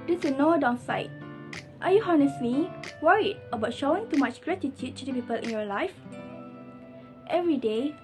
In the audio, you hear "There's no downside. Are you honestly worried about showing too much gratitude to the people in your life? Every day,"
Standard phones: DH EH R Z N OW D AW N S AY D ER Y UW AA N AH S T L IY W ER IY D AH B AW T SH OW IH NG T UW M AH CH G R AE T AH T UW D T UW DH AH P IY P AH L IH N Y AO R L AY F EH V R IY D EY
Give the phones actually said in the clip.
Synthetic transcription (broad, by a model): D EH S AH N OW D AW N S AY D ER Y UW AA N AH S T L IY W ER IY D AH B AW T SH OW IH NG T UW M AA CH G R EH T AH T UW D T UW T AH P IY P AH L IH N Y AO L AY F EH V R IY D EY